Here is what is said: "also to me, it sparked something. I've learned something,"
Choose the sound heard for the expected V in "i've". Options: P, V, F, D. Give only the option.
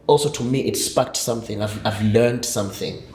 V